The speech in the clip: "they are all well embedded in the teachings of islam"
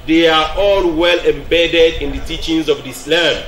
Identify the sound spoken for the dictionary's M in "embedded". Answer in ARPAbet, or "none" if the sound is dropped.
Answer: M